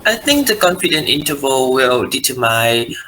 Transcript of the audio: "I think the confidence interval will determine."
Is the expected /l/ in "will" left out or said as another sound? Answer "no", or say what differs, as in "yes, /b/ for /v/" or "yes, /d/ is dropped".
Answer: no